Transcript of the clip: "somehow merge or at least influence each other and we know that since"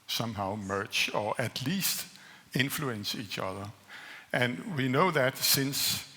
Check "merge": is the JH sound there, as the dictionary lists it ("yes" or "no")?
no